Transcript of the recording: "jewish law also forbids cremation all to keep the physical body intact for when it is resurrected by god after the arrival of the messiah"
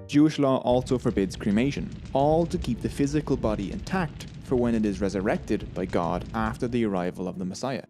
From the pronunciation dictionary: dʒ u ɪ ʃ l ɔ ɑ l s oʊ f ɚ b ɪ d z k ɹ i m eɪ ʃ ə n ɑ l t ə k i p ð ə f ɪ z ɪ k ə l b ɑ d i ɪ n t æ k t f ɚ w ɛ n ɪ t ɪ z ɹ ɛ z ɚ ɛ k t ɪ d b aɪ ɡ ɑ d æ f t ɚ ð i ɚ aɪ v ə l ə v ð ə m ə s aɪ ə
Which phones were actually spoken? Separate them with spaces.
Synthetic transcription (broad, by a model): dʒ u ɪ ʃ l ɔ ɑ l s oʊ f ɚ b ɪ d z k ɹ i m eɪ ʃ ə n ɑ l t ə k i p ð ə f ɪ z ɪ k ə l b ɑ d i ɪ n t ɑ k t f ɚ w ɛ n ɪ t ɪ z ɹ ɛ z ɚ ɛ k t ɪ d b aɪ ɡ ɑ d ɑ f t ɚ ð i ɚ aɪ v ə l ə v ð ə m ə s aɪ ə